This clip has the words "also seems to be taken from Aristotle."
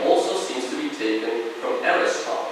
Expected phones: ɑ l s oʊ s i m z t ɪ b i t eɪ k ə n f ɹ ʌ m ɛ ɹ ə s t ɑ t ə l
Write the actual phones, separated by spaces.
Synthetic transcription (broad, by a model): ɑ l s oʊ s i m z t ɪ b i t eɪ k ə n f ɹ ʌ m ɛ ɹ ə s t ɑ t